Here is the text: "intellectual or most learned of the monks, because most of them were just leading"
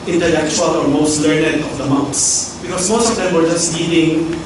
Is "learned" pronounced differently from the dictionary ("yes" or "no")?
no